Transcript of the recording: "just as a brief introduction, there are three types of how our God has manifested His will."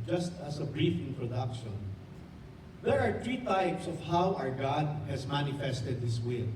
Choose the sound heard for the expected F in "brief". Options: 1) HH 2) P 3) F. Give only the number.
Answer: 3